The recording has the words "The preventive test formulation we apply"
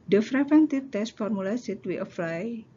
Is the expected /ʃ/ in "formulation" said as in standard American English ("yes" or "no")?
no